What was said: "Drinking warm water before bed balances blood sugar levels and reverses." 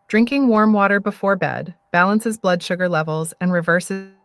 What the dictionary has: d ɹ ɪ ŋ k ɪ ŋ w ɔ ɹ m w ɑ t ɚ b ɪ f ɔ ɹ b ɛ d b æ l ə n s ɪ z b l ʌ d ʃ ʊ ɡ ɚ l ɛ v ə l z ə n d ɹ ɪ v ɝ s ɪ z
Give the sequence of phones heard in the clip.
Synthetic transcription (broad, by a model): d ɹ ɪ ŋ k ɪ ŋ w ɔ ɹ m w ɑ t ɚ b ɪ f ɔ ɹ b ɛ d b æ l ə n s ɪ z b l ʌ d ʃ ʊ ɡ ɚ l ɛ v l z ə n ɹ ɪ v ɝ s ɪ